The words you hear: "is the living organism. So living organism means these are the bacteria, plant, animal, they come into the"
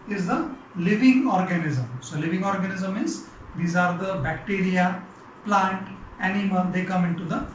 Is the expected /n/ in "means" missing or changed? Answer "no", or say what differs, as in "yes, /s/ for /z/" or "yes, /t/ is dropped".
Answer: yes, /n/ is dropped